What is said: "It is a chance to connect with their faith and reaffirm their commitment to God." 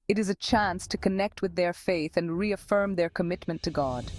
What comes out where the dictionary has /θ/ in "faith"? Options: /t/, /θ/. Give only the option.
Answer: /θ/